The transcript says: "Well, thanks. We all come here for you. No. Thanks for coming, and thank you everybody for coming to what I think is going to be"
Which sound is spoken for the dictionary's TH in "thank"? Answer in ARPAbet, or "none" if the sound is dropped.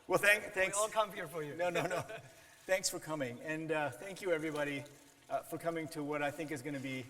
TH